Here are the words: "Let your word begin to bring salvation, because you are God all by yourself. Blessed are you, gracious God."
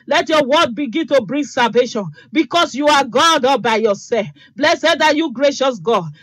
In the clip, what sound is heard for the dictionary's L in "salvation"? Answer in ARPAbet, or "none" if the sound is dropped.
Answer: L